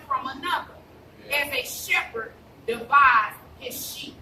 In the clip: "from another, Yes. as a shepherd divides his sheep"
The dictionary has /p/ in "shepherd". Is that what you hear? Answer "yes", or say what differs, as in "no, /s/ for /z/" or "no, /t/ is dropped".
yes